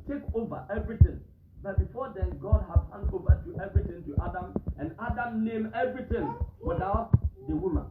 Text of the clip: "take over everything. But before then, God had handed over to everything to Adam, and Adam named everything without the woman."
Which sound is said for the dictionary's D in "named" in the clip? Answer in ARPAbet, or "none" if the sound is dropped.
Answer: none